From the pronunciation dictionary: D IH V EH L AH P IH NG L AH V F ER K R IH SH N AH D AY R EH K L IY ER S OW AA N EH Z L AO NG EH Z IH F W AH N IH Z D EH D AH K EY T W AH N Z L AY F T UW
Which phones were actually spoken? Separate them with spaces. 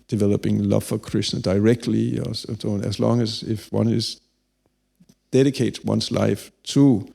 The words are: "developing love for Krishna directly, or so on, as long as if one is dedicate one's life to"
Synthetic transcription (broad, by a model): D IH V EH L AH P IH NG L AH V F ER K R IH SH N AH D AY R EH K L IY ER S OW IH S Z L AO NG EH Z IH F W AH N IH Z D EH D AH K EY T W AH N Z L AY F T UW